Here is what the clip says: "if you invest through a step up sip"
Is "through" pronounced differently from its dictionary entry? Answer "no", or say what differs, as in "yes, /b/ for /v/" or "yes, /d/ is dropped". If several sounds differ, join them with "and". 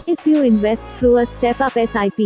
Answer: yes, /f/ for /θ/